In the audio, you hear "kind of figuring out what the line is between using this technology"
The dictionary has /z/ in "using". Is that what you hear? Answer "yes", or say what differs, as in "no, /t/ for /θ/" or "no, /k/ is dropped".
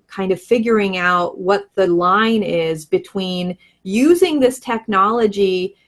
yes